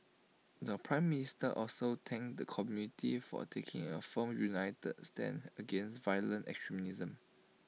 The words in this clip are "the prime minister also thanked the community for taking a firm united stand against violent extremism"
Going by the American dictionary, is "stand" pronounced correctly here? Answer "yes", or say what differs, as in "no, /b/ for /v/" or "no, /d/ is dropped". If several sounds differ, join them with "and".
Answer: no, /d/ is dropped